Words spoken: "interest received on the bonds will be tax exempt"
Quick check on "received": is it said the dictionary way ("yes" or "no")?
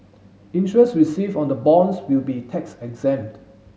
no